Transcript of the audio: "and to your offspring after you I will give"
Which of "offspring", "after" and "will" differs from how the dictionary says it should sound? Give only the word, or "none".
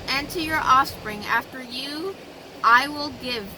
none